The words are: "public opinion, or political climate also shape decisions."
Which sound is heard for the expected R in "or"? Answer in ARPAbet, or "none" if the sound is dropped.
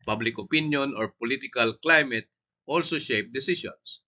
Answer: R